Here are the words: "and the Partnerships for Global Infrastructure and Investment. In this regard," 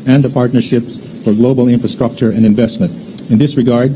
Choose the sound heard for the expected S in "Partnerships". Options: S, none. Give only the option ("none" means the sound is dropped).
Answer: none